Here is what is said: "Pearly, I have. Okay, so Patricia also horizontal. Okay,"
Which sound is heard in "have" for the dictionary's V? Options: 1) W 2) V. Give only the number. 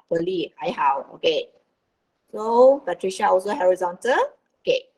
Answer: 1